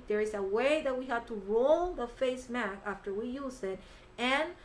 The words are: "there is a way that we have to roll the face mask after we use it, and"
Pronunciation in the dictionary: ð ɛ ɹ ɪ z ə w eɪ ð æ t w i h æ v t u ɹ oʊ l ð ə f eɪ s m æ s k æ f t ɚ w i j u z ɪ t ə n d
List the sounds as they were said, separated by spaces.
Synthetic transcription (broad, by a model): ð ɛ ɹ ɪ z ə w eɪ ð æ t w i h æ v t u ɹ oʊ l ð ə f eɪ s m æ k æ f t ɚ w i j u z ɪ t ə n